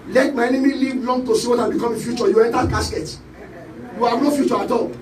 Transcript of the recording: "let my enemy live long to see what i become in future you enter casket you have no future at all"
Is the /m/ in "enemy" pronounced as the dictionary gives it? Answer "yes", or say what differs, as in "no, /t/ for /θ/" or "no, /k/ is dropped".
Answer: yes